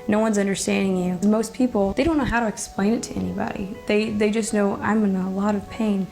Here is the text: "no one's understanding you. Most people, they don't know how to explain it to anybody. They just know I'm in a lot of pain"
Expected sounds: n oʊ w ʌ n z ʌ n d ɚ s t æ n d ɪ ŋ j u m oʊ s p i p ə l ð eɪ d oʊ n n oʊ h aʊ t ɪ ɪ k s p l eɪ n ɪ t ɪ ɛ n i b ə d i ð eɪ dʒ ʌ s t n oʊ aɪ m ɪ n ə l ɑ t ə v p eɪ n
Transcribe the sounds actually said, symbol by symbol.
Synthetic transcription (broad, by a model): n oʊ w ʌ n z ʌ n d ɚ s t æ n d ɪ ŋ j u m oʊ s p i p l ð eɪ d oʊ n n oʊ h aʊ t ɪ ɪ k s p l eɪ n ɪ t ɪ ɛ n i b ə d i ð eɪ dʒ ʌ s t n oʊ aɪ m ɪ n ə l ɑ t ə v p eɪ n